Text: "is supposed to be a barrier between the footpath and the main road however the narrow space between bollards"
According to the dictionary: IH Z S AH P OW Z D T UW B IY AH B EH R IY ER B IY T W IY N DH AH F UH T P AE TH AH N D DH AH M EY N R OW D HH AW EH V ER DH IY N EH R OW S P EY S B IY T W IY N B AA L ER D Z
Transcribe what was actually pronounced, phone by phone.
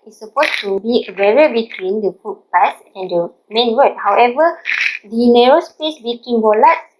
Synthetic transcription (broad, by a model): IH S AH P OW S T UW B IY AH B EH R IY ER B IY T W IY N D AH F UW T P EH S AH N D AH M EY N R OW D HH AW EH V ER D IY N EH R OW S P EY S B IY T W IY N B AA L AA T